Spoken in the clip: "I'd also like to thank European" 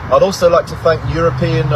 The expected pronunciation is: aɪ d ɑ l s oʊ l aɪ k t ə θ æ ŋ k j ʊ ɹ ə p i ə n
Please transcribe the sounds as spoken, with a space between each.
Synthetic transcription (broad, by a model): aɪ d ɑ l s oʊ l aɪ k t ə θ æ ŋ k j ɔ ɹ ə p i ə n